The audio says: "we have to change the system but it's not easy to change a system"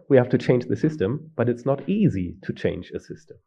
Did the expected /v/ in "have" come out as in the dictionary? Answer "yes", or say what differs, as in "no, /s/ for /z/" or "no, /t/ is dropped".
no, /f/ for /v/